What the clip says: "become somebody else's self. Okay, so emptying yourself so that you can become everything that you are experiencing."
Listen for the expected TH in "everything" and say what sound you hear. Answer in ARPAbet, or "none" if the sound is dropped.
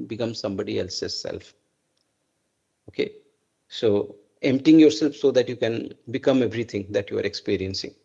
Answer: T